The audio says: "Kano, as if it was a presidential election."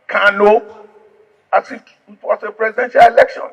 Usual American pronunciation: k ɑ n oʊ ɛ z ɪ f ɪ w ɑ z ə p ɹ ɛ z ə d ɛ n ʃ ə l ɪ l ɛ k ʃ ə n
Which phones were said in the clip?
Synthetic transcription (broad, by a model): k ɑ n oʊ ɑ s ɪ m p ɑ s ə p ɹ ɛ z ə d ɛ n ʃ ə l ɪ l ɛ k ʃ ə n